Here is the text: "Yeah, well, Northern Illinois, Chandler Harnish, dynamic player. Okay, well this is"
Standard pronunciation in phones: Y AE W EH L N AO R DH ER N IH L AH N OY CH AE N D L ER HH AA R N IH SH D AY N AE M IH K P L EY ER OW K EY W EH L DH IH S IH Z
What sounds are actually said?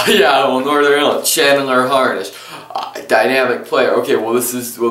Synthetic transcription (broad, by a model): Y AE W EH L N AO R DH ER AO AH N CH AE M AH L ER HH AA R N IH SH D AY N AE M IH K P L EY ER OW K EY W EH L DH IH S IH Z